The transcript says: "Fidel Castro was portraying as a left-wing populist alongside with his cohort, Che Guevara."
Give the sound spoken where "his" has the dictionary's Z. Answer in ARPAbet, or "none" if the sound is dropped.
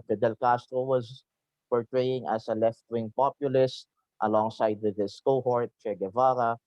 S